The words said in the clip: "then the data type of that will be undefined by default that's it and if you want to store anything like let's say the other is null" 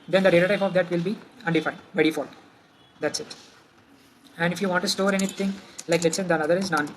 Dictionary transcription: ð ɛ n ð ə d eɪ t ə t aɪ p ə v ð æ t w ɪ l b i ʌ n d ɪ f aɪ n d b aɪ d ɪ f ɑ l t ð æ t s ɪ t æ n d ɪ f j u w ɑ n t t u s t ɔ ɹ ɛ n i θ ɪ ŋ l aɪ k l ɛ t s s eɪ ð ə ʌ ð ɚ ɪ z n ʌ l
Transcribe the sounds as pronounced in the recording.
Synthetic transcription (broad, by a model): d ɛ n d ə d eɪ t ə t aɪ p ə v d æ t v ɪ l b i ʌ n d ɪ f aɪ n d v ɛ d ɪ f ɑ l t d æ t s ɪ t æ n d ɪ f j u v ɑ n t t u s t ɔ ɹ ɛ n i t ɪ ŋ l aɪ k l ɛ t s s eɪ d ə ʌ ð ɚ ɪ z n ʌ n